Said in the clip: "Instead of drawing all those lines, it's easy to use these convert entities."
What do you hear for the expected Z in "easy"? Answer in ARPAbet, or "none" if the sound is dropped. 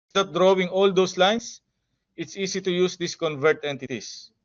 S